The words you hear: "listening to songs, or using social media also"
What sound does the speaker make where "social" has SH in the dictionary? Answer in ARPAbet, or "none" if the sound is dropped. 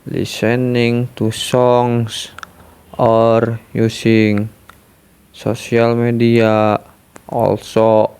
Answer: S